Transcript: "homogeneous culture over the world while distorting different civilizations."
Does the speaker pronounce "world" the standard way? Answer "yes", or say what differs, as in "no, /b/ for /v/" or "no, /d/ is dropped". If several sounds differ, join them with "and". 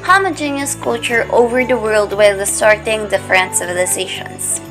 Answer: yes